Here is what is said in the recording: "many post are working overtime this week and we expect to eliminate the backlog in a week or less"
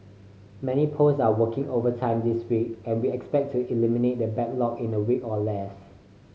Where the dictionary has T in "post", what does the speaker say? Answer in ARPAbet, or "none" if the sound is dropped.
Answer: none